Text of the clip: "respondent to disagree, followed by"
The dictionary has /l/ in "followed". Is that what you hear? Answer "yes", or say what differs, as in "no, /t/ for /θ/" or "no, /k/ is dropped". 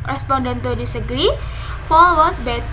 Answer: no, /w/ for /l/